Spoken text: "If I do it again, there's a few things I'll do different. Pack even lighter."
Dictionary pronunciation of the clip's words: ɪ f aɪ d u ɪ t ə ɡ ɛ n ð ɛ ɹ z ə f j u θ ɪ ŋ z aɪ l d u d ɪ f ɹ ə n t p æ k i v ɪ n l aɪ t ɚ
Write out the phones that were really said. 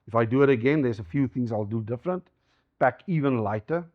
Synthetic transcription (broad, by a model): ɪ f aɪ d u ɪ t ə ɡ ɛ n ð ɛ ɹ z ə f j u θ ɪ ŋ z aɪ l d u d ɪ f ɹ ə n t b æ k i v ɪ n l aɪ t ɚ